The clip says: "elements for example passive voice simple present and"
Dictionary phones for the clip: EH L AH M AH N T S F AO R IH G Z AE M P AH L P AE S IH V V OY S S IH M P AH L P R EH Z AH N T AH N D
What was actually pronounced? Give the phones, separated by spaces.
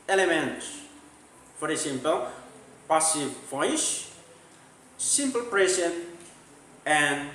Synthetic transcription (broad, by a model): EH L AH M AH N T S F AO R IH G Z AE M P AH L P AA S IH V F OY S S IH M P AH L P R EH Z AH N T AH N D